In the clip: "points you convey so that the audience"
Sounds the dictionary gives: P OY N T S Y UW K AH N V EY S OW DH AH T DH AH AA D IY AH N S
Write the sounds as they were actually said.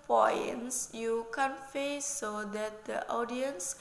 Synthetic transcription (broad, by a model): P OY N S Y UW K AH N F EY S OW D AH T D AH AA D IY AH N S